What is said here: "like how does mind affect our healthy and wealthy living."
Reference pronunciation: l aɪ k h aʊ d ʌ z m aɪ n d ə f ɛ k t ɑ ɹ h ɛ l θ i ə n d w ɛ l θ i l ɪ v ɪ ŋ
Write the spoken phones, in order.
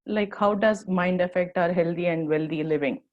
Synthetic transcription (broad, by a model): l aɪ k h aʊ d ʌ z m aɪ n d ə f ɛ k t ɑ ɹ h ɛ l t i ə n d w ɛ l t i l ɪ v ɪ ŋ